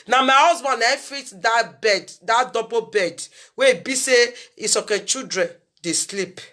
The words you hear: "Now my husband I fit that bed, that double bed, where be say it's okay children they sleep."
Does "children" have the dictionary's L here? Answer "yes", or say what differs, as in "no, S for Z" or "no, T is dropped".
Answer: no, L is dropped